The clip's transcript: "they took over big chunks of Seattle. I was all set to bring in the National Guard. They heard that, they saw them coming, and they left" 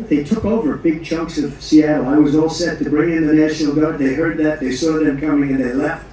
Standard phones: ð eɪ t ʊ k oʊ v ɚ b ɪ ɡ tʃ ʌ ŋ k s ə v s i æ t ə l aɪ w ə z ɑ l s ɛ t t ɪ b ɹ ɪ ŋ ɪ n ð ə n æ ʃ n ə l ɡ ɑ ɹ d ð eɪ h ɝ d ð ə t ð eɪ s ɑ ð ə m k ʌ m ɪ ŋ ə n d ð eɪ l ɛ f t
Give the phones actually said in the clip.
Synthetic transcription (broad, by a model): ð eɪ t ʊ k oʊ v ɚ b ɪ ɡ tʃ ʌ ŋ k s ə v s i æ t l aɪ w ə z ɑ l s ɛ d t ɪ b ɹ ɪ ŋ ɪ n ð ə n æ ʃ n l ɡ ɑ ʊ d ð eɪ h ɝ d ð ə t ð eɪ s ɑ ð ə m k ʌ m ɪ ŋ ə n ð eɪ l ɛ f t